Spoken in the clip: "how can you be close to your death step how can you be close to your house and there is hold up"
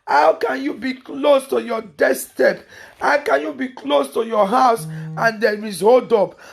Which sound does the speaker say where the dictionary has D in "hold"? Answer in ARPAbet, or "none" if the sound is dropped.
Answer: D